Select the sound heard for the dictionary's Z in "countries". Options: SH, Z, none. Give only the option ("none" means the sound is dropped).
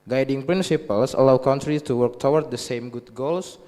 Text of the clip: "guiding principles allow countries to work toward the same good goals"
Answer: none